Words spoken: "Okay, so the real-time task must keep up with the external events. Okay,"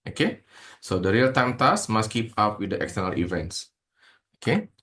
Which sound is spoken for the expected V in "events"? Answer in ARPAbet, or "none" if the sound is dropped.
V